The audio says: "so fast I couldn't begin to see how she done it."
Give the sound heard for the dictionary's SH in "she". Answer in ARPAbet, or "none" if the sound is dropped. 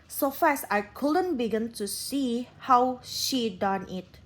SH